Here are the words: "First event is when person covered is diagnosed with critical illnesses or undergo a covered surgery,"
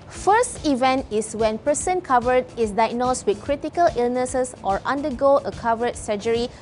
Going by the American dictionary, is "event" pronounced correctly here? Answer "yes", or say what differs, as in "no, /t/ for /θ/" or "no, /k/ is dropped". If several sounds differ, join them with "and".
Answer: yes